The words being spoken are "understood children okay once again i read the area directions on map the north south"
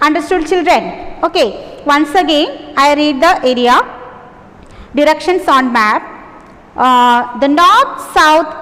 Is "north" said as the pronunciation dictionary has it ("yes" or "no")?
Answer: no